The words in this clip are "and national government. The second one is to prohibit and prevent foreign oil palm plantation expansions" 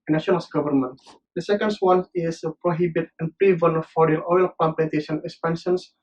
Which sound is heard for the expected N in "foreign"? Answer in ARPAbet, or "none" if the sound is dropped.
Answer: none